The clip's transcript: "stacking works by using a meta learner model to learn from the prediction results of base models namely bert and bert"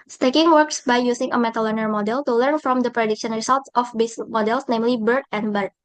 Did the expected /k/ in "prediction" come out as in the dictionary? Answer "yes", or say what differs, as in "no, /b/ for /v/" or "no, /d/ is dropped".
yes